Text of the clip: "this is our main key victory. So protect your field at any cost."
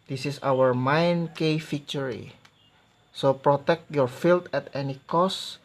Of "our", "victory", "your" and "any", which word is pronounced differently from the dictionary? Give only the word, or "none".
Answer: victory